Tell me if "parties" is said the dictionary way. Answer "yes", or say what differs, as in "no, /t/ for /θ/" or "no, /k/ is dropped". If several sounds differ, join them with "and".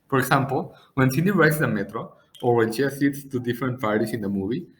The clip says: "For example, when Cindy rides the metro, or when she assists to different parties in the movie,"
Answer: no, /s/ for /z/